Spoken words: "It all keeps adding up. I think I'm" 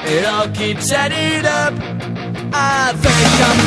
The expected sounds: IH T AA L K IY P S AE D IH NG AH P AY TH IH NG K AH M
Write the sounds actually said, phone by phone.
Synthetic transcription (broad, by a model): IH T AA L K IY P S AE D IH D AH P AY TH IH K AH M